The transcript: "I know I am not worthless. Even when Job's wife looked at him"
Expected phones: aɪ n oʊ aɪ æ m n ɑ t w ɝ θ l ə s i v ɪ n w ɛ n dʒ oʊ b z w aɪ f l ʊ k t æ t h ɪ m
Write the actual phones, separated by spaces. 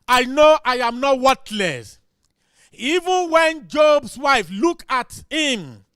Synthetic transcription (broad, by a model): aɪ n oʊ aɪ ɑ m n ɑ t w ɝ t l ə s i v ɪ n w ɛ n dʒ oʊ b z w aɪ f l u k ɑ t h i m